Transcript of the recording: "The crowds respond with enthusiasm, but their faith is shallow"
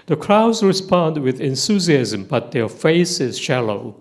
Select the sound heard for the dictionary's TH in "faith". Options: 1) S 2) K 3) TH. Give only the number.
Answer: 1